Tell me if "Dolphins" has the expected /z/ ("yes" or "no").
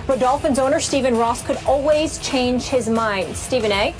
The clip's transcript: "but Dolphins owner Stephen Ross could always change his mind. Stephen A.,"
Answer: yes